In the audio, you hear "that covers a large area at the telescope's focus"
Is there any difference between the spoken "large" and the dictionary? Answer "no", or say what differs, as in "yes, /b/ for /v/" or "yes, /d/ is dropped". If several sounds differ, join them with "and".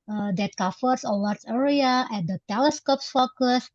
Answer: yes, /w/ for /l/